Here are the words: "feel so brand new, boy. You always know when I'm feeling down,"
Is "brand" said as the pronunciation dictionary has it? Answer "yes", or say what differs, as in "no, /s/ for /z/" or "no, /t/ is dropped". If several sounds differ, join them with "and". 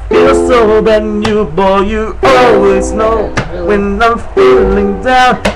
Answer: no, /ɹ/ is dropped